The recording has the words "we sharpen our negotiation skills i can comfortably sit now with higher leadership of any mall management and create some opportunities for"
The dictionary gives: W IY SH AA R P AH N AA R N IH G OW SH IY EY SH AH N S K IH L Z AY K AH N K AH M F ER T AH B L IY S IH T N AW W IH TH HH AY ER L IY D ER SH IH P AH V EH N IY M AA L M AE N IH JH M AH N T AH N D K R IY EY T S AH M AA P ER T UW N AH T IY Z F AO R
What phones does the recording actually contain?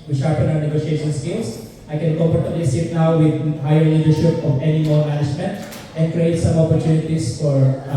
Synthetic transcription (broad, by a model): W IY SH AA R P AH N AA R N IH G OW SH IY EY SH AH N S K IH L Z AY K AH N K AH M P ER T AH L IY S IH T N AW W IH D HH AY ER L IY D ER SH IH P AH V EH N IY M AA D M AE N IH JH M AH N T AH N D K R IY EY T S AH M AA P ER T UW N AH T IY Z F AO R